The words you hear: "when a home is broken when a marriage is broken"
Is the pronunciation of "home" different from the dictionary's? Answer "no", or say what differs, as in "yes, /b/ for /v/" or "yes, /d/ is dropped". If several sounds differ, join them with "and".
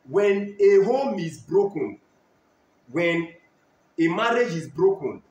no